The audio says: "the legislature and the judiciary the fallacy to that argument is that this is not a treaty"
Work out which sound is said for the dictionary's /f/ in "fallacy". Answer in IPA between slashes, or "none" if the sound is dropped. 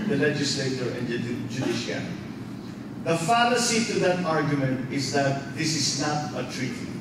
/f/